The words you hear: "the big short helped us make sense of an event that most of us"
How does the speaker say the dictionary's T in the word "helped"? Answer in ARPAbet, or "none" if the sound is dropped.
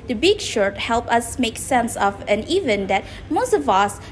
none